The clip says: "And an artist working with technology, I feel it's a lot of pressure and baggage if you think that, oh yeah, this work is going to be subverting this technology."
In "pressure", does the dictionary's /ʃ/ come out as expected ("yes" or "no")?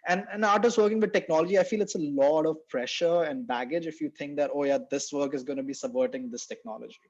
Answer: yes